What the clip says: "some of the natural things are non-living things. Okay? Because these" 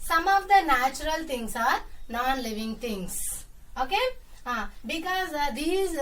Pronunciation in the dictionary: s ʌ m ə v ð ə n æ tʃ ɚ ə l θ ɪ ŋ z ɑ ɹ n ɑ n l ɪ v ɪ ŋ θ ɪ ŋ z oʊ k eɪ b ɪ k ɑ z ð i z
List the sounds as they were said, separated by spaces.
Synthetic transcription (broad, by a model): s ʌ m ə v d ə n æ tʃ ɚ ə l t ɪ ŋ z ɑ ɹ n ɑ n l ɪ v ɪ ŋ t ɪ ŋ s oʊ k eɪ b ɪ k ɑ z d i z